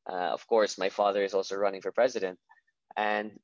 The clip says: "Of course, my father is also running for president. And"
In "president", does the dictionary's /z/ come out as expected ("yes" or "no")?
yes